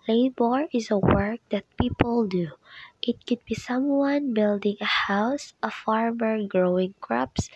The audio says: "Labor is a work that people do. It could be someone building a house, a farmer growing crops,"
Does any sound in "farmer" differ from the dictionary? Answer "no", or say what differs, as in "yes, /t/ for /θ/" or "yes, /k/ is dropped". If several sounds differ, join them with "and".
no